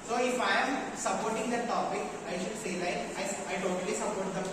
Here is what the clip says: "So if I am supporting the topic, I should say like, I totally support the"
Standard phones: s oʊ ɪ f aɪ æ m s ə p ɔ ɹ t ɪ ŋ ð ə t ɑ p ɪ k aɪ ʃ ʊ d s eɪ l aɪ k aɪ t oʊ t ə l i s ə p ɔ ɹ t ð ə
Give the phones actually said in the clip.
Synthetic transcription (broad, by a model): s oʊ ɪ f aɪ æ m s ə p ɔ ɹ t ɪ ŋ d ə t ɑ p ɪ k aɪ ʃ ʊ d s eɪ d aɪ aɪ t oʊ t ə l i s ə p ɔ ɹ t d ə